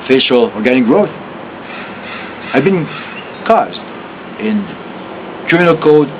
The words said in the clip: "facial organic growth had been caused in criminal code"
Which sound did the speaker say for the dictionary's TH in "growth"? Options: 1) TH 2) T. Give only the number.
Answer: 1